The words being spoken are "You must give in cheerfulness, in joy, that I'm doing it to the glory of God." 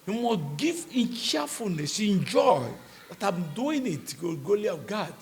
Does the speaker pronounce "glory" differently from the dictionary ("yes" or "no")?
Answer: yes